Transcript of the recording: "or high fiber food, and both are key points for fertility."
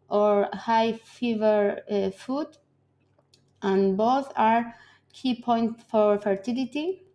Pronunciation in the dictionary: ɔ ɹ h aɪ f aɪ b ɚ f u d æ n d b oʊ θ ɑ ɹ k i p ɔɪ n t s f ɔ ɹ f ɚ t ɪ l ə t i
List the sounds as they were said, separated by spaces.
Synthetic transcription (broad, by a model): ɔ ɹ h aɪ f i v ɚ f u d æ n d b oʊ θ ɑ ɹ k i p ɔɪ n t f ɔ ɹ f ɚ t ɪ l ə t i